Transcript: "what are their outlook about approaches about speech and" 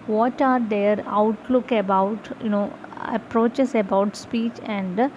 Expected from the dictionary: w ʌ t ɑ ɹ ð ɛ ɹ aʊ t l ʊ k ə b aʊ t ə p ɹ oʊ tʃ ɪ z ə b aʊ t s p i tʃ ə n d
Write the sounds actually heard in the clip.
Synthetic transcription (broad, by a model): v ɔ t ɑ ɹ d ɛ ɹ aʊ t l ʊ k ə b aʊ t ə p ɹ oʊ tʃ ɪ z ə b aʊ t s p i tʃ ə n d